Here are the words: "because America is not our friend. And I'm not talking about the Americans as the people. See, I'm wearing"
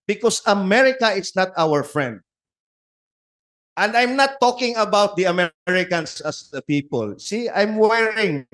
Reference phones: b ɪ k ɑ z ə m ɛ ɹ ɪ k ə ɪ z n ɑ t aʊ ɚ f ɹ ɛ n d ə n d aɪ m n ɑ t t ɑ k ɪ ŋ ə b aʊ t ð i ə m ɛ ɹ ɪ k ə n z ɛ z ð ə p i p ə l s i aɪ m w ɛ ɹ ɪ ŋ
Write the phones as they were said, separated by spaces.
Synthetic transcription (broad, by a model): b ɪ k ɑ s ə m ɛ ɹ ɪ k ə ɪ s n ɑ t aʊ ɚ f ɹ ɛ n d ə n d aɪ m n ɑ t t ɑ k ɪ ŋ ə b aʊ t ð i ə m ɛ ɹ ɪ k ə n s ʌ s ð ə p i p ə l s i aɪ m w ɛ ɹ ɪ ŋ